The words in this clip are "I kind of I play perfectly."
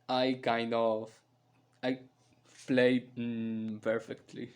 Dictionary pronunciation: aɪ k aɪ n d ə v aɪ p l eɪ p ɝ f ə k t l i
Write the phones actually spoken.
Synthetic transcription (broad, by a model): aɪ k aɪ n d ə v aɪ f l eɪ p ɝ f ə k t l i